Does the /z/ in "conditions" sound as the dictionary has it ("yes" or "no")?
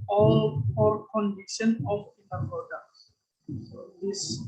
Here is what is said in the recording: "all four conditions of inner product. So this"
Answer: no